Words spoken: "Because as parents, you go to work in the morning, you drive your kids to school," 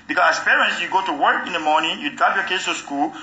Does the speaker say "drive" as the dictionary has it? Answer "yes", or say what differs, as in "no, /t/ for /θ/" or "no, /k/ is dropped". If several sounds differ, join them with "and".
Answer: no, /ɹ/ is dropped